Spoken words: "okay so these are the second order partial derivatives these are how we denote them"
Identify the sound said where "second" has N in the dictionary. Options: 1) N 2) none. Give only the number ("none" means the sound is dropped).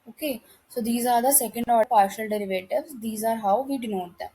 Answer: 1